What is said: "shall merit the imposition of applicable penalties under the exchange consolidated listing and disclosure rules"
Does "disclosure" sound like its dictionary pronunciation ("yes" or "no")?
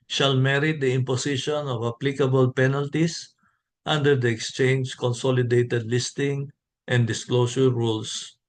no